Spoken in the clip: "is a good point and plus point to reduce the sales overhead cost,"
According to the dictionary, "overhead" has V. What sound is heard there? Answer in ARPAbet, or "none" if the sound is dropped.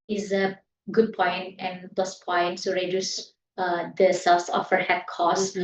F